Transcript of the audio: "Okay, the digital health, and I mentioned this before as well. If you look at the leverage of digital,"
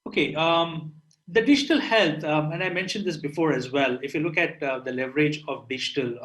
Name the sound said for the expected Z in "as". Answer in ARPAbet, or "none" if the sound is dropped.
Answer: Z